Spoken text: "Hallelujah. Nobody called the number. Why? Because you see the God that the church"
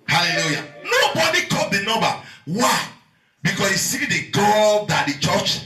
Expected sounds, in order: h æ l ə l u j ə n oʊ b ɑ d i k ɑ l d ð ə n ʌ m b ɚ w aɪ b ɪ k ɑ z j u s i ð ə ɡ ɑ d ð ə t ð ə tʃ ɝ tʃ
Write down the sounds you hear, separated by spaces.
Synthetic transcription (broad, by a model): h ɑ l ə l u j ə n oʊ b ɑ d i k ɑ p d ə n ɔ b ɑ w aɪ b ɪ k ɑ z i s i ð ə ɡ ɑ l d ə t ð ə tʃ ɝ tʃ